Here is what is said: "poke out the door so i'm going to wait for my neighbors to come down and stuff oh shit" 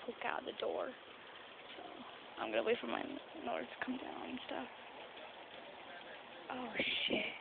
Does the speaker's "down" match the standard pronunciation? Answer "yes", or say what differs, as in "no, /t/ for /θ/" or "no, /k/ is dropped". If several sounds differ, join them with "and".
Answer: no, /n/ is dropped